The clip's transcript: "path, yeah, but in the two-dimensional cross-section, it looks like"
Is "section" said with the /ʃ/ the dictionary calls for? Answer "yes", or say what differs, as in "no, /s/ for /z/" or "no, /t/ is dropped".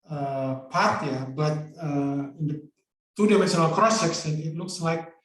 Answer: no, /s/ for /ʃ/